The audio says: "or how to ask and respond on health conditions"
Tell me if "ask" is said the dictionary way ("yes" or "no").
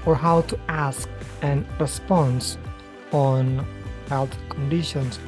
yes